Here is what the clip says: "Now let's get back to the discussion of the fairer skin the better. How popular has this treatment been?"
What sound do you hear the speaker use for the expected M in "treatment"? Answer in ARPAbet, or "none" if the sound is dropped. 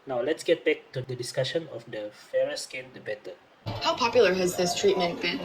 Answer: M